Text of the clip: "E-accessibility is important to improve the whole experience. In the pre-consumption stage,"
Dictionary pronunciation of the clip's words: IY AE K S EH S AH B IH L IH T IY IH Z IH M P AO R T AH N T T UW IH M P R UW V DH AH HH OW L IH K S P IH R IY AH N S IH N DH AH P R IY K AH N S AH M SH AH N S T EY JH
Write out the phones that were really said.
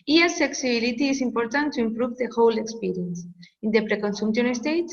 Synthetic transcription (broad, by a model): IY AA S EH S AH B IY L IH T IY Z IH M P AO R T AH N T T UW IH M P R UW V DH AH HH OW L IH K S P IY R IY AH N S IH N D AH P R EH K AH N S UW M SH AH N S T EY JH